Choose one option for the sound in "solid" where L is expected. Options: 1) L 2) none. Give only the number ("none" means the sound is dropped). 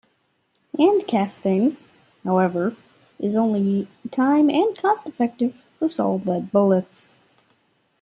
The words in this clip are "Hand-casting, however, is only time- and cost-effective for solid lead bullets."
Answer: 2